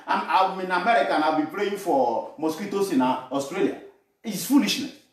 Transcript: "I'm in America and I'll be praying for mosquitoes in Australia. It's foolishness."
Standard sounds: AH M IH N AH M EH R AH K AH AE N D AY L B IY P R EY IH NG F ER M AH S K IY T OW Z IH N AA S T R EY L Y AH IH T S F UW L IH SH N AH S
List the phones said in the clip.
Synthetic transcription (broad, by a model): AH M IH N AH M EH R AH K AH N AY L B IY P R EY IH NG F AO M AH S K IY T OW S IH N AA S T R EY L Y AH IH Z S F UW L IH SH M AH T